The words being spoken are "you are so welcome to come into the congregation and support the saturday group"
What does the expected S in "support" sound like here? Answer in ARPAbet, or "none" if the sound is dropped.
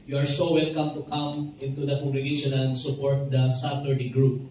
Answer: S